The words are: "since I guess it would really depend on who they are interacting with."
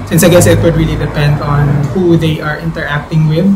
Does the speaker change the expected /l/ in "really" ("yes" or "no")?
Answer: no